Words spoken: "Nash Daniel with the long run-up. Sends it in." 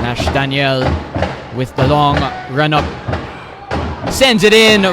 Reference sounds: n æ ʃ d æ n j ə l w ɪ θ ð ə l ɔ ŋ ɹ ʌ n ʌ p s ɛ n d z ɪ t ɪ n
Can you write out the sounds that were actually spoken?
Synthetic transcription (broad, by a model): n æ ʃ d æ n j ə l w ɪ ð ə l ɔ ŋ ɹ ʌ n ʌ p s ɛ n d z ɪ t ɪ n